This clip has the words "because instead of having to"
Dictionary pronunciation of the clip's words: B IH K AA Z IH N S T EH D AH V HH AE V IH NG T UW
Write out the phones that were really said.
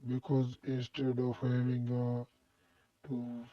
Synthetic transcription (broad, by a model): B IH K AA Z IH N S T EH D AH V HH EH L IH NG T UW